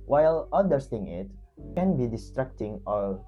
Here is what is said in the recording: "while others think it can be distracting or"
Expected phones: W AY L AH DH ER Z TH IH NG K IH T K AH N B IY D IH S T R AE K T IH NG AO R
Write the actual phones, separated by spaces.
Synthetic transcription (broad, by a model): W AY L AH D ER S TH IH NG IH T K AH N B IY D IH S T R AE K T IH NG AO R